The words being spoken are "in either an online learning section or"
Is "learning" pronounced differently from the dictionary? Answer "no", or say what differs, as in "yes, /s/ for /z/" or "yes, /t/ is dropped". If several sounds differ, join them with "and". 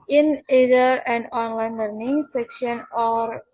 no